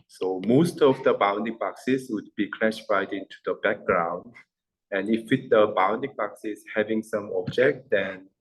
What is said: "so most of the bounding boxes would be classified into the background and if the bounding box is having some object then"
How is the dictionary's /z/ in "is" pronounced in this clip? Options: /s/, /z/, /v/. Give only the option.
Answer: /s/